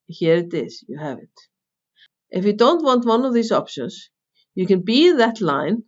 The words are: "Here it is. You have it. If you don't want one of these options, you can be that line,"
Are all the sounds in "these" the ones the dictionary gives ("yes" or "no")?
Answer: no